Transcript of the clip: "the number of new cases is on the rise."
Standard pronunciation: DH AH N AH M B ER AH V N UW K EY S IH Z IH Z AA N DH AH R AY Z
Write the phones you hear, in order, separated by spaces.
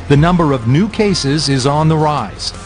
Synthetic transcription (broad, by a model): DH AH N AH M B ER AH V N UW K EY S IH Z IH Z N DH AH R AY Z